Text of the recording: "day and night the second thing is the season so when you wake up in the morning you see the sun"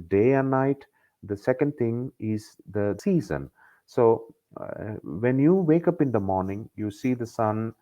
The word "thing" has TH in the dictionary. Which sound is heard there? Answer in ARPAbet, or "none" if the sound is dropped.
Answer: T